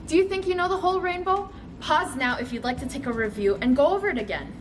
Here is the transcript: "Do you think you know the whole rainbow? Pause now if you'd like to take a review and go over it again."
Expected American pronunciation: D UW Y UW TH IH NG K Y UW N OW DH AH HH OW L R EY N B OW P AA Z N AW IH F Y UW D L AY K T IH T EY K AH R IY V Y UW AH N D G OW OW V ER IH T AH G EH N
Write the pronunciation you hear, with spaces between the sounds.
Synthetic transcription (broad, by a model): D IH Y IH TH IH NG K Y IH N OW DH AH HH OW L R EY N B OW P AA Z N AW IH F Y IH D L AY K T IH T EY K AH R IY V Y UW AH N G OW OW V ER IH T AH G EH N